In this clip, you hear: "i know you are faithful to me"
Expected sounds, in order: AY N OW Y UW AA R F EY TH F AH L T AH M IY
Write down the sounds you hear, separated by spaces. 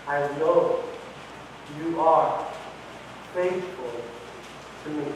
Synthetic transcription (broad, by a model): AY N OW Y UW AA R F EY S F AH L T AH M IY